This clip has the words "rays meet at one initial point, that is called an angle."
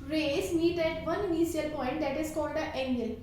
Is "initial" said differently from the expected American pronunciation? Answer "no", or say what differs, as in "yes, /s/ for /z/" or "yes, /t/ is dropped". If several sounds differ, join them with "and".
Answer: yes, /ʃ/ is dropped